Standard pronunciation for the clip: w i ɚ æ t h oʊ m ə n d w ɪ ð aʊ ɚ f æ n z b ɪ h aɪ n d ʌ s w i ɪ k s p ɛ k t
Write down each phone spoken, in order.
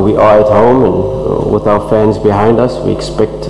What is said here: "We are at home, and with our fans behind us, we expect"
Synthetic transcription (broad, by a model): w i ɚ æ t h oʊ m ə n w ɪ ð aʊ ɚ f æ n z b ɪ h aɪ n d ʌ s w i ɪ k s p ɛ k t